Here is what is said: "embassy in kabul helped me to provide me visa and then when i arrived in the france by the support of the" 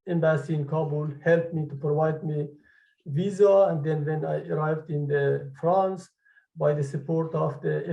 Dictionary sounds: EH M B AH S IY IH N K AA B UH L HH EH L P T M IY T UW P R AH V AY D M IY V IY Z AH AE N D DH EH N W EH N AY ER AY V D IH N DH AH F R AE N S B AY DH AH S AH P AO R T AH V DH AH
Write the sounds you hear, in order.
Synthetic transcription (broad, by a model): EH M B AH S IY IH N K AA B UH L HH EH L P M IY T UW P R AH V AY D M IY V IY Z AH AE N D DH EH N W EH N AY ER AY V D IH N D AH F R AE N S B AY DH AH S AH P AO R T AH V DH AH